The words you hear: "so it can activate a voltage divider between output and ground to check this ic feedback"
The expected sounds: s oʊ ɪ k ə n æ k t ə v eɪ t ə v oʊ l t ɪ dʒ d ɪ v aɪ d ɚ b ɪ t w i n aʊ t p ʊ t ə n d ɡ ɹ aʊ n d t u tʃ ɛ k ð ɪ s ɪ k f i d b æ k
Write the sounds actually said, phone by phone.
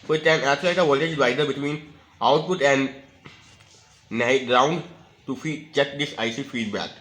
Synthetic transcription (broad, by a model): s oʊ ɪ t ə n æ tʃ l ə ɪ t ə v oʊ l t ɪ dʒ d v aɪ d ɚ b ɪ t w i n aʊ t p ʊ t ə n d ɡ ɹ aʊ n d t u tʃ ɛ k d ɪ s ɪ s f i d b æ k